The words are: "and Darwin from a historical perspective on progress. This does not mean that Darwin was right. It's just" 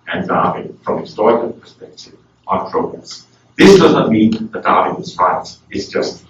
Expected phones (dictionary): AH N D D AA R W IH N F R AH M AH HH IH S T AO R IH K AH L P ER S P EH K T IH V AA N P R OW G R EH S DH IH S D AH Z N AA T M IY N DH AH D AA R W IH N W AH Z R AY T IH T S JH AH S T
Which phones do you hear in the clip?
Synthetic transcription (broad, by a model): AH N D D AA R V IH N F R AH M AH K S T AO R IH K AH N P ER S P EH K T IH V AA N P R OW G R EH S DH IH S D AH Z N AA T M IY N DH AH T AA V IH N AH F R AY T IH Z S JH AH S T